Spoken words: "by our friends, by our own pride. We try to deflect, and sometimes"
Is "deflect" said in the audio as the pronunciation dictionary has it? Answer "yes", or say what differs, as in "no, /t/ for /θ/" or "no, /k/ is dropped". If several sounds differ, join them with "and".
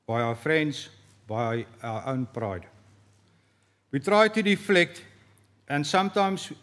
yes